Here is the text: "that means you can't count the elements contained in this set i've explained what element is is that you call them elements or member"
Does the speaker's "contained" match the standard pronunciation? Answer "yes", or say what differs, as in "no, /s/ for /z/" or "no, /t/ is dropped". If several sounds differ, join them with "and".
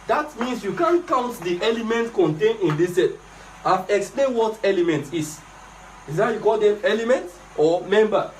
no, /d/ is dropped